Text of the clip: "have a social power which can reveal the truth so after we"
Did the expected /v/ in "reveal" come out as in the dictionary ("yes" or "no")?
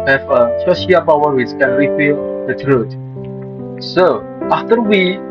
no